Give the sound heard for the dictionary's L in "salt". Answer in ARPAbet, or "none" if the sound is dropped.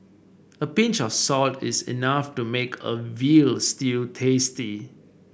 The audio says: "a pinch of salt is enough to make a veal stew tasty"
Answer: L